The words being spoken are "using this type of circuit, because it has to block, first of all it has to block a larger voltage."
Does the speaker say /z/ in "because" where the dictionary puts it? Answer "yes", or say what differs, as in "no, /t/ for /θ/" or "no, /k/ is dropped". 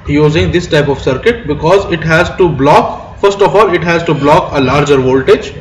yes